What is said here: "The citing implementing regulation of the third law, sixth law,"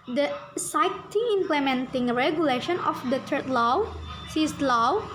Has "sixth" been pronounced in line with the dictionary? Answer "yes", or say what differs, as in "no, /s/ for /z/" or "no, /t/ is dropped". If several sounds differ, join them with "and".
no, /k/ is dropped and /t/ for /θ/